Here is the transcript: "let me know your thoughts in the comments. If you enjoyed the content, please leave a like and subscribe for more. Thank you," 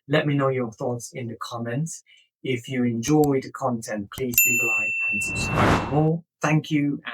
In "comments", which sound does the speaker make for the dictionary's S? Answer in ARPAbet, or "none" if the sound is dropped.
none